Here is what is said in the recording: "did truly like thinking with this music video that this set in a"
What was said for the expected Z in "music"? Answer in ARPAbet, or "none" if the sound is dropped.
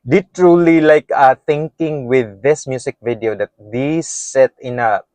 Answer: S